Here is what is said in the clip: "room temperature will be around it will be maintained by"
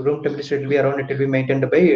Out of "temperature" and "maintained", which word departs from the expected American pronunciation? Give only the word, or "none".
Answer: temperature